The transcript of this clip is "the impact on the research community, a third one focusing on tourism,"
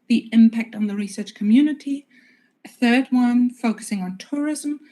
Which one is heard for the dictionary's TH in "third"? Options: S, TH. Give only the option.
TH